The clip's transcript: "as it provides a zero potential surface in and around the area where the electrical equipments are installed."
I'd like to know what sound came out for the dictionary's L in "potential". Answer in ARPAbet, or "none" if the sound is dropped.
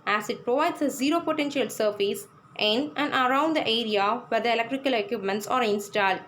L